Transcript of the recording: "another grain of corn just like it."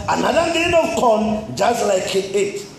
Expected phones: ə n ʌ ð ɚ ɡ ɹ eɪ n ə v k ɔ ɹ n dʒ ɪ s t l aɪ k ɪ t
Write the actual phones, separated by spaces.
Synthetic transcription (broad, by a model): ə n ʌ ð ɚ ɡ eɪ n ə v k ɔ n dʒ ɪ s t l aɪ k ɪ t